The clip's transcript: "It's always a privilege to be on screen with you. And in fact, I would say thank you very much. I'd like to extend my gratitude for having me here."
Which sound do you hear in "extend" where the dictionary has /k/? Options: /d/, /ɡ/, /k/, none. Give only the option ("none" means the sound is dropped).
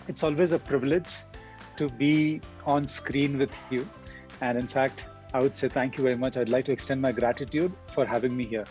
/k/